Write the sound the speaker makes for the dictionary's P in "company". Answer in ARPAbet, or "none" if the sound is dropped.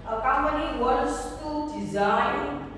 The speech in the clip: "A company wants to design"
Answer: none